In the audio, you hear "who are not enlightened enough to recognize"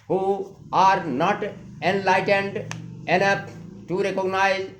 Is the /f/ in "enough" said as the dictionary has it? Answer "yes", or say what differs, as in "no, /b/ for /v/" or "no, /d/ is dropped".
no, /p/ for /f/